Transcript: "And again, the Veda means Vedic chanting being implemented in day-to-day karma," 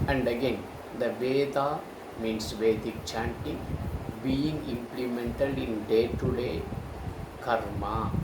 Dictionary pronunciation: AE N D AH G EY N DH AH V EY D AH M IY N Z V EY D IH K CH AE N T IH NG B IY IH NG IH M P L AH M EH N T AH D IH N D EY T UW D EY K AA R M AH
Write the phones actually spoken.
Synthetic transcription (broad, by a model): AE N D AH G EY N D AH V EY D AH M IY N S V EY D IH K CH AE N T IH NG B IY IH NG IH M P L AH M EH N T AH D IH N D EY T UW D EY K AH R M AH